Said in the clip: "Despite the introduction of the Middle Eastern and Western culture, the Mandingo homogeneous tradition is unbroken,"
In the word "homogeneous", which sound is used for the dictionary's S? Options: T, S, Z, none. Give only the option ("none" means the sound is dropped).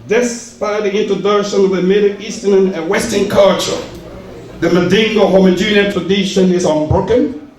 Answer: none